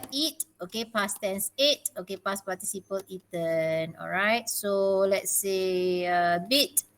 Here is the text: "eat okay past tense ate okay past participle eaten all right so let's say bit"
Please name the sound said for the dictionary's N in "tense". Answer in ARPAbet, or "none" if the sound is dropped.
N